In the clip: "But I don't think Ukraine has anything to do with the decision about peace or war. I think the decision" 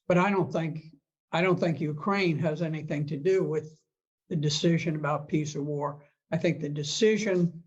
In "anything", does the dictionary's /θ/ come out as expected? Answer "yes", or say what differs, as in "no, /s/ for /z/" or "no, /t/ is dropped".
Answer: yes